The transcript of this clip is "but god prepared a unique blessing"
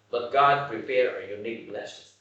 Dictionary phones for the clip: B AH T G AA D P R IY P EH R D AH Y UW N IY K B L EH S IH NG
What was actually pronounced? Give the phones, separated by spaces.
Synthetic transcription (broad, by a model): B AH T G AA D P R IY P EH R AH Y UW N IY K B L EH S